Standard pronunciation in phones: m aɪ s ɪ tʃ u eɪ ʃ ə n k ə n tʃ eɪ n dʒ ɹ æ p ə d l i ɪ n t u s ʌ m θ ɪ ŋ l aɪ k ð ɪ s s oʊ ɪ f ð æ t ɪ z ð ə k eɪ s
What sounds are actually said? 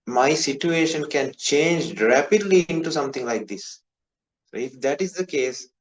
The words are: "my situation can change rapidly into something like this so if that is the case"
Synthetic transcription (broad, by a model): m aɪ s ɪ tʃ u eɪ ʃ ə n k ə n tʃ eɪ n dʒ ɹ æ p ə d l i ɪ n t u s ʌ m t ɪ ŋ l aɪ k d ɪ s s oʊ ɪ f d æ t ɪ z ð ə k eɪ s